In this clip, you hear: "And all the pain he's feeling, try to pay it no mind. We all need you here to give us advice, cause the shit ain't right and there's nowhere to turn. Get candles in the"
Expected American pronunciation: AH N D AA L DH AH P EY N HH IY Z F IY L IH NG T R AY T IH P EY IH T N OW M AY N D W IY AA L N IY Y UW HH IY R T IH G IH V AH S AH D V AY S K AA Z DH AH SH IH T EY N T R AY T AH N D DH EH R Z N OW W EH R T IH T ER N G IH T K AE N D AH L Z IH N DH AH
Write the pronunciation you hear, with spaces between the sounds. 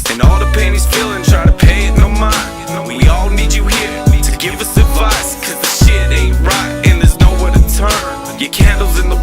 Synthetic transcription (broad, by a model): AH N AA L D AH P EY N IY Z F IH L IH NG T R AY T IH P EY IH T N OW M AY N W IY AA L N IY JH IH HH IY R T IH G IH V AH S AH D V AY S K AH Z DH AH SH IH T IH R AY T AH N DH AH R Z N OW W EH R T IH T ER N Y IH K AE N D L Z IH N DH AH